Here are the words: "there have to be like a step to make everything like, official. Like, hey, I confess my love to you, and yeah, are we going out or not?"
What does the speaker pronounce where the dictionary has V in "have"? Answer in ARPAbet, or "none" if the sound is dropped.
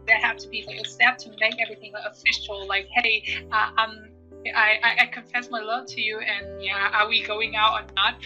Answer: F